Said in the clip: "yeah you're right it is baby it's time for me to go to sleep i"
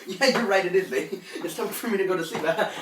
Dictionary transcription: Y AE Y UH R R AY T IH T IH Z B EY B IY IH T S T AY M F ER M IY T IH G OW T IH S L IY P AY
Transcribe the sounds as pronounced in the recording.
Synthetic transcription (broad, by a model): Y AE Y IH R R AY T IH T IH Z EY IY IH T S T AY F ER M IY T IH G OW T IH S IY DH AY